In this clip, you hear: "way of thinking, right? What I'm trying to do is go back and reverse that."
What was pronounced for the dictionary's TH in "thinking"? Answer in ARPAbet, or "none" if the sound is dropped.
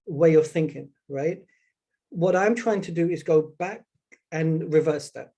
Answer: TH